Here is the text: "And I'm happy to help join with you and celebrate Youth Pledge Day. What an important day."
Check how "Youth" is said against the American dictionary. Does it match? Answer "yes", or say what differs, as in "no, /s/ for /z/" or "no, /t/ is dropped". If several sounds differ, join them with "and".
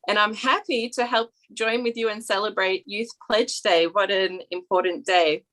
yes